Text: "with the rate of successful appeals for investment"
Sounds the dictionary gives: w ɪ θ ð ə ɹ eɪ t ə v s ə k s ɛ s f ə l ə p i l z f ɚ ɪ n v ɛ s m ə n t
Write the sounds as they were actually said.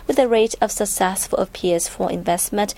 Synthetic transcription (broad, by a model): w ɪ ð ə ɹ eɪ t ə v s ə k s ɛ s f ə l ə p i z f ɚ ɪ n v ɛ s m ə n t